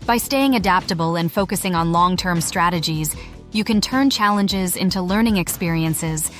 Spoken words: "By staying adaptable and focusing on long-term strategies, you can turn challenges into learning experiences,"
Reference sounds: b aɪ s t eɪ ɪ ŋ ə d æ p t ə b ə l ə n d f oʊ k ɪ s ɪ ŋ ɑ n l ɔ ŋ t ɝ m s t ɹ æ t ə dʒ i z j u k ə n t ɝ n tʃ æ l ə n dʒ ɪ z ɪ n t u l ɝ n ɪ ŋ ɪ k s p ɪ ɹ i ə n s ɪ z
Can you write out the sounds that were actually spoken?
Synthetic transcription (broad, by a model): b aɪ s t eɪ ɪ ŋ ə d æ p t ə b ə l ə n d f oʊ k ɪ s ɪ ŋ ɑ n l ɔ ŋ t ɝ m s t ɹ æ t ə dʒ i z j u k ə n t ɝ n tʃ æ l ə n dʒ ɪ z ɪ n t u l ɝ n ɪ ŋ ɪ k s p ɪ ɹ i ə n s ɪ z